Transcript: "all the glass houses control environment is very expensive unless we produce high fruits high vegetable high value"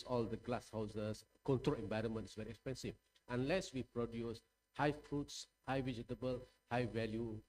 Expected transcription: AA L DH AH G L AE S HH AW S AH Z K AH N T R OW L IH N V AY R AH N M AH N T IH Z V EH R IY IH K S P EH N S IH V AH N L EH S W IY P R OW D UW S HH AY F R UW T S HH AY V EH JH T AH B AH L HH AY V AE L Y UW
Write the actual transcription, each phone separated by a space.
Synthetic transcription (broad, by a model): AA L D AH G L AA S HH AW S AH S K AH N T R OW L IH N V AY R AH N M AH N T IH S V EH R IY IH K S P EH N S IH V AH N L EH S W IY P R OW D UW S HH AY F R UW T S HH AY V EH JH T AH B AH L HH AY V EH L Y UW